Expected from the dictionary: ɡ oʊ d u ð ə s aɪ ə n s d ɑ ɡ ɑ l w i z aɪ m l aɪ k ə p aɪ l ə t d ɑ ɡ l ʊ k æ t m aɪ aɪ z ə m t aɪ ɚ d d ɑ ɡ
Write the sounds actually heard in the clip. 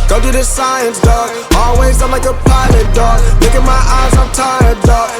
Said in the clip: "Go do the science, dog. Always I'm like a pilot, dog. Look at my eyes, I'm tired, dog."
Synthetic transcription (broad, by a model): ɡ oʊ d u ð ə s aɪ ə n s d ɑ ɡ ɑ l w i z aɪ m l aɪ k ə p aɪ l ə t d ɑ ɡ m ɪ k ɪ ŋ m aɪ aɪ z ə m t aɪ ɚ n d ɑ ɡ